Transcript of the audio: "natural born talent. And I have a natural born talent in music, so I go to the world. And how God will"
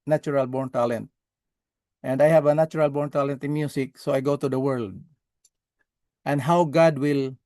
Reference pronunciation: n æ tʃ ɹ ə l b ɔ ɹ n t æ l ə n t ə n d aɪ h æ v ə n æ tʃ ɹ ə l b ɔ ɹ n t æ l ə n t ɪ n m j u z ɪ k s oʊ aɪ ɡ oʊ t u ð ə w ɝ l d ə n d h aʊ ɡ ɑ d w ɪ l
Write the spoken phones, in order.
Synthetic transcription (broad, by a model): n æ tʃ ɹ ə l b ɔ ɹ n t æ l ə n t ə n d aɪ h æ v ə n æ tʃ ɹ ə l b ɔ ɹ n t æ l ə n t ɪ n m j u s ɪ k s oʊ aɪ ɡ oʊ t u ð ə w ɝ l d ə n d h aʊ ɡ ɑ d w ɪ l